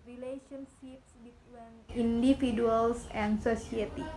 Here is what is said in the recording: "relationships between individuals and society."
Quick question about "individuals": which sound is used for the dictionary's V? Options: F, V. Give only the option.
F